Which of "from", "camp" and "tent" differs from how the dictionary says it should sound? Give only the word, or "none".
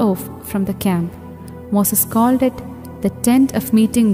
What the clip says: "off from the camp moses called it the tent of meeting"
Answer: none